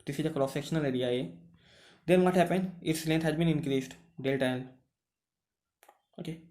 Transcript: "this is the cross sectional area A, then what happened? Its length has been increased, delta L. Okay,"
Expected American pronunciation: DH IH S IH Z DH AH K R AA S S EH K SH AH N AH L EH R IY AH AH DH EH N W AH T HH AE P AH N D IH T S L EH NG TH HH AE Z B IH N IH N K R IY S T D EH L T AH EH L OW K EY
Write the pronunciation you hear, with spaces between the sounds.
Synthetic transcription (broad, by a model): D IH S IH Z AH K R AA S S EH K SH AH N AH L EH R IY AH AH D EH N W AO T HH AE P AH N D IH T S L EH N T HH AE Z B IH N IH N K R IY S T D EH L T AH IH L OW K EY